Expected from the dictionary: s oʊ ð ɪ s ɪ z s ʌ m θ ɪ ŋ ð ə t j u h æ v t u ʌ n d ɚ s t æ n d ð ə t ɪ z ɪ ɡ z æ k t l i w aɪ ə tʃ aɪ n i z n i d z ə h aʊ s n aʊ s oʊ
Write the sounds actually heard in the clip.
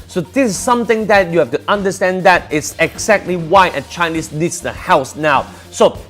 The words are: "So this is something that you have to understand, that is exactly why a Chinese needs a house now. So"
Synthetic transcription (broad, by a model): s oʊ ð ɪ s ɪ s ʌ m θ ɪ ŋ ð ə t j u h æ f t u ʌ n d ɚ s t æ n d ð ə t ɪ s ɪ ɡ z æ k t l i w aɪ ə tʃ aɪ n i s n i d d ə h aʊ s n aʊ s oʊ